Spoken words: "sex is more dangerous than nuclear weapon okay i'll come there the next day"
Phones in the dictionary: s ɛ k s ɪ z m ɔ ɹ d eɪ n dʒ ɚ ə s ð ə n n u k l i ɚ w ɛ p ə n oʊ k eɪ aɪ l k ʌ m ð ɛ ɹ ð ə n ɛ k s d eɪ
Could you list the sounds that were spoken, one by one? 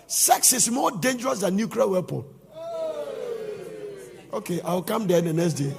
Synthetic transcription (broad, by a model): s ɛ k s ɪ s m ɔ d eɪ n dʒ ɚ ə s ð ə n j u k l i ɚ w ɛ p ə l oʊ k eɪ aɪ w k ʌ m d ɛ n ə n ɛ k s d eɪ